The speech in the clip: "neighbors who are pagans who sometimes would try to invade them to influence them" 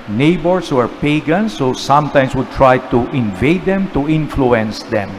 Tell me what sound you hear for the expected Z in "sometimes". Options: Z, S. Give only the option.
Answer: S